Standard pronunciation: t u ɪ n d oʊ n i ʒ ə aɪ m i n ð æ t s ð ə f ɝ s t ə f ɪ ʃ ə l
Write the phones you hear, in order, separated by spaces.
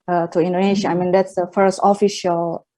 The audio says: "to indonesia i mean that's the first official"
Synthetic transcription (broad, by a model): t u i n d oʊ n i ʃ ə aɪ m i n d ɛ t s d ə f ɝ s t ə f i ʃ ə l